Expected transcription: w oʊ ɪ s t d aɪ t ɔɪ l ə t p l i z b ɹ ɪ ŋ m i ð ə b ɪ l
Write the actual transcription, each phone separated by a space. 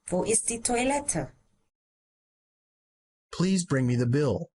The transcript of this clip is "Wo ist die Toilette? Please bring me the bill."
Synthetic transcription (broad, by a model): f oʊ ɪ s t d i t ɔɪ l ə t p l i z b ɹ ɪ ŋ m i ð ə b ɪ l